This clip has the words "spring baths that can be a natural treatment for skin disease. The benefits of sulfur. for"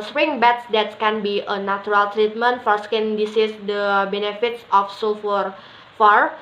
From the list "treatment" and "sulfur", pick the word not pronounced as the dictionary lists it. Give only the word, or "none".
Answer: sulfur